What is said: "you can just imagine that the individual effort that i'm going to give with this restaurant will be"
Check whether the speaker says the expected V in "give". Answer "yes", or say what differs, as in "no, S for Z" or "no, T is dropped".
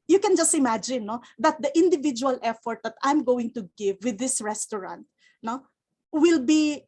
yes